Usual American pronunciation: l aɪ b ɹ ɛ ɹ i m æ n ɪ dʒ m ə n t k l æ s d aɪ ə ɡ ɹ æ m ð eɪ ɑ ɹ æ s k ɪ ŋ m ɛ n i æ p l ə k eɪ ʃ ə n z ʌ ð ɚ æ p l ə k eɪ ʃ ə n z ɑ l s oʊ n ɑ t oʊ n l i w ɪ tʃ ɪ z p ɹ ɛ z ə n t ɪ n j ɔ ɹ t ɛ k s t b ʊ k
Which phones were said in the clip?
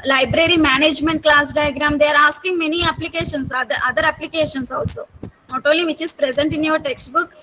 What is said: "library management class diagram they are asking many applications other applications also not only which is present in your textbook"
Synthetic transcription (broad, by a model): l aɪ b ɹ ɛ ɹ i m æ n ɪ dʒ m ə n t k l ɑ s d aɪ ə ɡ ɹ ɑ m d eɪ ɑ ɹ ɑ s k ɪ ŋ m ɛ n i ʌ p l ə k eɪ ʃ ə n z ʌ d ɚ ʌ p l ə k eɪ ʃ ə n s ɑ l s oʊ n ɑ t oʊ l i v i tʃ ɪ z p ɹ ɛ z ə n t ɪ n j ɔ ɹ t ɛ k s t b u k